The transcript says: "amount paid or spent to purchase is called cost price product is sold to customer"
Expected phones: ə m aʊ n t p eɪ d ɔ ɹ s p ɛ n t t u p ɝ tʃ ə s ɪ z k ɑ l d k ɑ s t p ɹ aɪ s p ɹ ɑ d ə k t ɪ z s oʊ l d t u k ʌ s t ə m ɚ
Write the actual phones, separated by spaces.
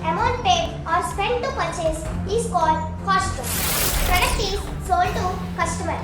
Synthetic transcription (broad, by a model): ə m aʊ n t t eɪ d ɔ ɹ s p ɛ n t t u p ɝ tʃ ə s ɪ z k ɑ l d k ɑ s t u p ɹ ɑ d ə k t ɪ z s oʊ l t u k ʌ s t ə m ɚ